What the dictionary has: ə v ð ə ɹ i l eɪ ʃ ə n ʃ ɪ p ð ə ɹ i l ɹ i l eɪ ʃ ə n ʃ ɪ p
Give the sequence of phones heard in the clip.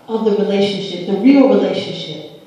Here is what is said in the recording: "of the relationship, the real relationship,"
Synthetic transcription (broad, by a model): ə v ð ə ɹ i l eɪ ʃ ə n ʃ ɪ p ð ə ɹ i l ɹ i l eɪ ʃ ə n ʃ ɪ p